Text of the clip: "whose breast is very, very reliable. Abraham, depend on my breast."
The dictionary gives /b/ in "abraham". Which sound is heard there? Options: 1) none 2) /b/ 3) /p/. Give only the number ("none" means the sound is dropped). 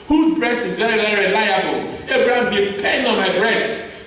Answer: 1